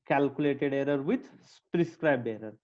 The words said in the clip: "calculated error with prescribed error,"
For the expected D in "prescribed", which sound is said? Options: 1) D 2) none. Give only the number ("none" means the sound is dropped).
2